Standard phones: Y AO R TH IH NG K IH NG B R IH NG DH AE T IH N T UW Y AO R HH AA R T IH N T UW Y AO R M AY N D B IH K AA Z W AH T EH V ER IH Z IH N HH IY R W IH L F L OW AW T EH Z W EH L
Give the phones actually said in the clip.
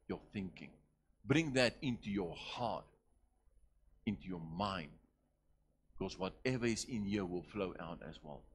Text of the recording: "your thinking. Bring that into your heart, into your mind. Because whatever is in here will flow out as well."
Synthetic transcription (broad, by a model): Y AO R TH IH NG K IH NG B R IH NG DH AE T IH N T UW Y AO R HH AA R T IH N T UW Y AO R M AY N D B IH K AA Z W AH T EH V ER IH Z IH N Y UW W IH L F L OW AW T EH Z W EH L